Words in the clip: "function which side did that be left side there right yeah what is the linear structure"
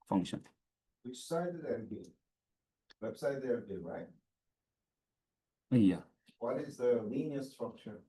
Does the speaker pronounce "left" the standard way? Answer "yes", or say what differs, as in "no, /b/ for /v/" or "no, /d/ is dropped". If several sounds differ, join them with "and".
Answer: no, /w/ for /l/